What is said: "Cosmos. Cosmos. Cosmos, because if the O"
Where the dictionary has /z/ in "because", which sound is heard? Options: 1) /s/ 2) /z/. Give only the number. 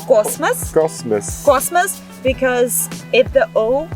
2